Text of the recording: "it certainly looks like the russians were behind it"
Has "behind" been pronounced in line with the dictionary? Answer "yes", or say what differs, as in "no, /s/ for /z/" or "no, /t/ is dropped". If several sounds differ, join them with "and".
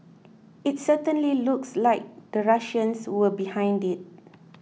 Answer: yes